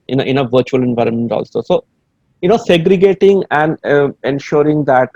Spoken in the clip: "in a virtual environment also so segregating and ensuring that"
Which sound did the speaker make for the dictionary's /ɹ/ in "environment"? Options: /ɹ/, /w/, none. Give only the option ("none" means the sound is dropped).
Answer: /ɹ/